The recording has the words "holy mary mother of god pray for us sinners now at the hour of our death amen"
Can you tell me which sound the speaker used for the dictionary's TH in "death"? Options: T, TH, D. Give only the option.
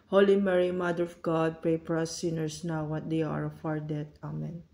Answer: T